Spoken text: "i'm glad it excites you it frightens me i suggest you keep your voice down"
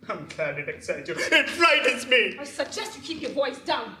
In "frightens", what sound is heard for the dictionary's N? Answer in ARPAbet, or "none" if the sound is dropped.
none